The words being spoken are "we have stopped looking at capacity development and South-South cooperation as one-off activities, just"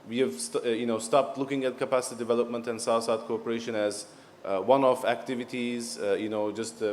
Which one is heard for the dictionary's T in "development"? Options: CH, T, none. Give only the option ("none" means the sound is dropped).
T